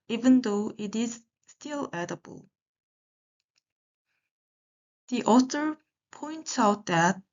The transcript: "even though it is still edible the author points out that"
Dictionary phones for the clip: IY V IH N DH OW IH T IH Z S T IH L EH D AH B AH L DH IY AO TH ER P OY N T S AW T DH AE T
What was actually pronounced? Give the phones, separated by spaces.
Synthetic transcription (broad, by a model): IY V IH N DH OW IH T IH Z S T IH L EH D AH B AH L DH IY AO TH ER P OY N T S AW T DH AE T